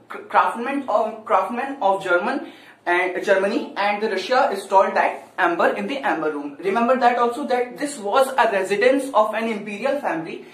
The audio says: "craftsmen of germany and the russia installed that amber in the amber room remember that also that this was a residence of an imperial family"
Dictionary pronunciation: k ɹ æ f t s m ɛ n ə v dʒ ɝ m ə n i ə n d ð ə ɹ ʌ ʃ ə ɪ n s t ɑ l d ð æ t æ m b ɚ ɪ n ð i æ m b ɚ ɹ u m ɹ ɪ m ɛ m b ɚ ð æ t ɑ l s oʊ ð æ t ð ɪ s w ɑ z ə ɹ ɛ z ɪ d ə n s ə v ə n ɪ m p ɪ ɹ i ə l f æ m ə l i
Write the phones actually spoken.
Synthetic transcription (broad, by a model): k ɹ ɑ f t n m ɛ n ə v dʒ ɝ m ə n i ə n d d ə ɹ ʌ ʃ ə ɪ s t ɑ l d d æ t æ m b ɚ ɪ n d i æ m b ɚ ɹ u m ɹ ɪ m ɛ m b ɚ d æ t ɑ l s oʊ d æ t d ɪ s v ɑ z ə ɹ ɛ z ɪ d ə n s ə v ə n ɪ m p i ɹ i ə l f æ m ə l i